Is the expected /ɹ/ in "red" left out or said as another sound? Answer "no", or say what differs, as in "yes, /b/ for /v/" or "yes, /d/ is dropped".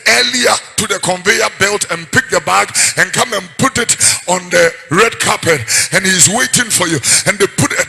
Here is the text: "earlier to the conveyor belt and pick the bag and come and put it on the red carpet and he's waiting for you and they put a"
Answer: no